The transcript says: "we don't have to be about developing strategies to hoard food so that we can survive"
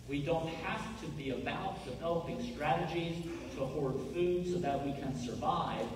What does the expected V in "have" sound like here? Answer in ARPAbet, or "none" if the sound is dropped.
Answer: F